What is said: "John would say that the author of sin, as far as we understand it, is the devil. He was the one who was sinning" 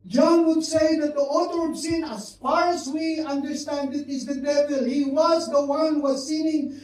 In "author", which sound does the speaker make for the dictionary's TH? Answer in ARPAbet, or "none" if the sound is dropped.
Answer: T